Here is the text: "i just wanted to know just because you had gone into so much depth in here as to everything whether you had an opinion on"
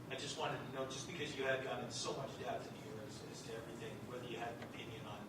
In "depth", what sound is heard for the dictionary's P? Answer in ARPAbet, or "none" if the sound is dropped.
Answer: none